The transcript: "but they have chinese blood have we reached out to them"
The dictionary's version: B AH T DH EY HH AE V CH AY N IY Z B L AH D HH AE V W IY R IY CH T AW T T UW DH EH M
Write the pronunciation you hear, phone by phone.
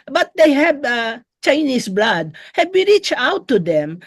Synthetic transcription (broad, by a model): B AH T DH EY HH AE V CH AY N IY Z B L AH D HH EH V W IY R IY CH AW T T UW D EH M